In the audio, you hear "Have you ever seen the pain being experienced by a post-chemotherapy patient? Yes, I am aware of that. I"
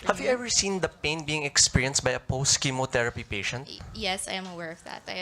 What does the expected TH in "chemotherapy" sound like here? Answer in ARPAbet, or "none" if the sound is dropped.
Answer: T